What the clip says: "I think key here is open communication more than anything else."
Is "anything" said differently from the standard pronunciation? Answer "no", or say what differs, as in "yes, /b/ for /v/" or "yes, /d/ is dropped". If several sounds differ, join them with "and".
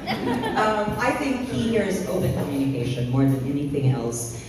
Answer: no